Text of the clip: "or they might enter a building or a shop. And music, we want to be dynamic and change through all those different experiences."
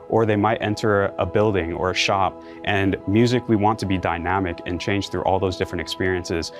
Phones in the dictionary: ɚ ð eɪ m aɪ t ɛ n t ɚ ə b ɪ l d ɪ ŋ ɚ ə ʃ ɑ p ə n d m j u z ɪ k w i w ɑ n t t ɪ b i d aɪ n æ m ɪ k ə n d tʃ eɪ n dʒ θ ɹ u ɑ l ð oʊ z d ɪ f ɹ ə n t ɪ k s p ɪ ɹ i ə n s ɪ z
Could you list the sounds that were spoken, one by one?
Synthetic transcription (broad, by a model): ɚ ð eɪ m aɪ t ɛ n t ɚ ə b ɪ l d ɪ ŋ ɚ ə ʃ ɑ p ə n m j u z ɪ k w i w ɑ n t t ɪ b i d aɪ n æ m ɪ k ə n tʃ eɪ n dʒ θ ɹ u ɑ l ð oʊ z d ɪ f ɹ ə n t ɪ k s p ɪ ɹ i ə n s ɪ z